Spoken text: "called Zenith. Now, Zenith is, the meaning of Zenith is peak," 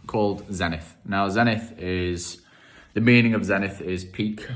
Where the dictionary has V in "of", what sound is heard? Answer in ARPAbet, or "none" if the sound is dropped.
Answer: V